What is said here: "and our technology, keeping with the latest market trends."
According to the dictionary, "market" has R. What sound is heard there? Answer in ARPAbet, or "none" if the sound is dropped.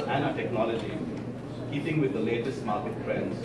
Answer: L